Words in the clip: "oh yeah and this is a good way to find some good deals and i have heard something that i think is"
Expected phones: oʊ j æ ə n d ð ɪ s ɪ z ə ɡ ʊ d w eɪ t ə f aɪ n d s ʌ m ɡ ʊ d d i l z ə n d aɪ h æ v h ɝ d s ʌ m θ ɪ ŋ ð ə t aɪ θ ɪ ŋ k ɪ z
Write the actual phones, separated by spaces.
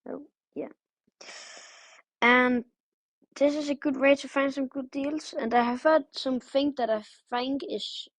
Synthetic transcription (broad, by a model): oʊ j æ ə n ð ɪ s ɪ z ə ɡ ʊ d w eɪ t ə f aɪ n d s ʌ m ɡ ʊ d d i l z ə n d aɪ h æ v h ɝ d s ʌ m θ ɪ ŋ ð ə t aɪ f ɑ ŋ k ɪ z